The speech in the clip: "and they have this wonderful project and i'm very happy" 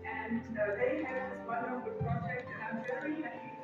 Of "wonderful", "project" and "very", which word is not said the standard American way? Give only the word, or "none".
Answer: wonderful